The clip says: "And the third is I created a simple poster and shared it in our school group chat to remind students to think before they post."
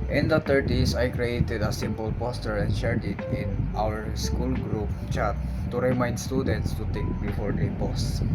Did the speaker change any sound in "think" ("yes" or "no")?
yes